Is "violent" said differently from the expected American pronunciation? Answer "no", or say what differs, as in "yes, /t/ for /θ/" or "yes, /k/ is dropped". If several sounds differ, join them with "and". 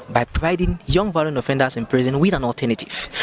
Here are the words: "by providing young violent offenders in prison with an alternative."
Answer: yes, /t/ is dropped